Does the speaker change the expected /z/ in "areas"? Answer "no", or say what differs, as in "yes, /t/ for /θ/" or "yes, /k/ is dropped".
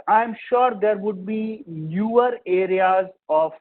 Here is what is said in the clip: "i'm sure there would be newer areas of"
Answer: no